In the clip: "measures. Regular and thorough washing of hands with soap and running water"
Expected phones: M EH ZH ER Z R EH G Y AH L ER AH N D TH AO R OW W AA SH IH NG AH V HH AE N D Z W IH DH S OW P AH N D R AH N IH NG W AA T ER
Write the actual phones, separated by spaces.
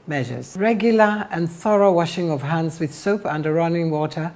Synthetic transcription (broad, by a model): M EH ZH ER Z R EH G Y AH L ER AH N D TH AO R OW W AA SH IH NG AH V HH AE N D Z W IH DH S OW P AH N D R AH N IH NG W AA T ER